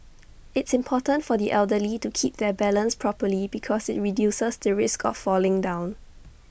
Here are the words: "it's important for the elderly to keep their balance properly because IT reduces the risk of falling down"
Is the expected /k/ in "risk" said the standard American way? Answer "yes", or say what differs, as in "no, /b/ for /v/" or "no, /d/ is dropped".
yes